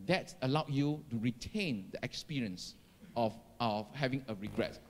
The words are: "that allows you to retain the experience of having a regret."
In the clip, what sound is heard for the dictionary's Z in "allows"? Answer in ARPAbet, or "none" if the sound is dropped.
none